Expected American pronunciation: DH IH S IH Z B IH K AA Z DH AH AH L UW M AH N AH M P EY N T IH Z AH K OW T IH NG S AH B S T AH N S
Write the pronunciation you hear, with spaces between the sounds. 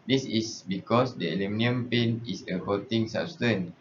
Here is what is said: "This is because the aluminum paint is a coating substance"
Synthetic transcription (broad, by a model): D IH S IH S B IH K AA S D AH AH L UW M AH N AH M P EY N IH S AH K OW T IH NG S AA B S T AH N